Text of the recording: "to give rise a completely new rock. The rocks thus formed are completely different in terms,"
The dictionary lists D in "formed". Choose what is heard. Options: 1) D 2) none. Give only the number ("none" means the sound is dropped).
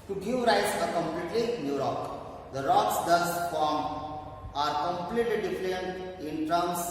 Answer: 2